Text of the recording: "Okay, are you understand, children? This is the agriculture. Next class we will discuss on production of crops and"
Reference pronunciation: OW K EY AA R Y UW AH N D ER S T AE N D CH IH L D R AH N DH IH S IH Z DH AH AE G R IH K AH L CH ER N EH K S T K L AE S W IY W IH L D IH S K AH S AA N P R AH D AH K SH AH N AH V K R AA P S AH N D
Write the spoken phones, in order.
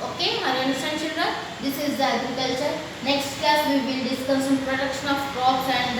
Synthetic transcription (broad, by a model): OW K EY AA R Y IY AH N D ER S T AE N CH IH L D R AH N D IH S IH Z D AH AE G R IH K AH L CH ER N EH K S T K AE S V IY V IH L D IH S K AH S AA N P R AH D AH K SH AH N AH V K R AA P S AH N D